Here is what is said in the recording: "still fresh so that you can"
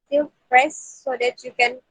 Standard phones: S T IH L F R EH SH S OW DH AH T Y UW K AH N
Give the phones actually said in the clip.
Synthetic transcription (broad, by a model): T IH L P R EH S OW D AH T Y UW K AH N